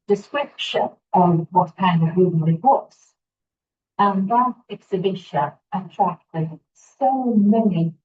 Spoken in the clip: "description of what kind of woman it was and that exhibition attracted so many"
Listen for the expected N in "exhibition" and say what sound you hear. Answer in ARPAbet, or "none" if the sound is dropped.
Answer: none